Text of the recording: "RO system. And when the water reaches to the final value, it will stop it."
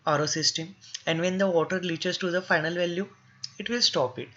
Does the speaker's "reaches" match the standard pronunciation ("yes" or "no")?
no